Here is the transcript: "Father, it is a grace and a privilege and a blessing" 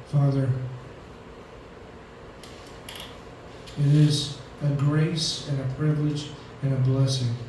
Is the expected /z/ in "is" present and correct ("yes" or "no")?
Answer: yes